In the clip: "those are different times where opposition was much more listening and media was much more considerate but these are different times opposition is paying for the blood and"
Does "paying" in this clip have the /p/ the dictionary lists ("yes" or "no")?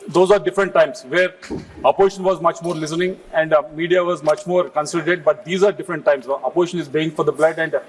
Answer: no